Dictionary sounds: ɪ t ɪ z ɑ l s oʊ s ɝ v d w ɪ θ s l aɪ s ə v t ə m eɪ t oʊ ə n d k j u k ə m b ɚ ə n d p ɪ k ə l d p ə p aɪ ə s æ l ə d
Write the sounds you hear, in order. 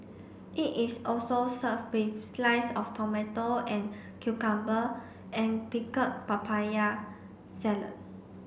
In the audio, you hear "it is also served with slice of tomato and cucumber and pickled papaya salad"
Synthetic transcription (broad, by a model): ɪ t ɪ s ɑ l s oʊ s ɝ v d w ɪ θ s l aɪ s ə f t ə m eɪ t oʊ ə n k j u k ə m b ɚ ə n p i k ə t p ə p aɪ ə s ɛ l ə